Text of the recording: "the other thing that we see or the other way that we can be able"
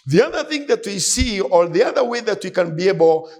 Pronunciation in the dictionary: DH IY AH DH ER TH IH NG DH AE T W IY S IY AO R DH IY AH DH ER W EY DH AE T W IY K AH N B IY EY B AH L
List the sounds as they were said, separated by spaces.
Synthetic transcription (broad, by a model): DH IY AH DH ER TH IH NG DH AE T W IY S IY AO R DH IY AH DH ER W EY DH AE T W IY K AH N B IY EY B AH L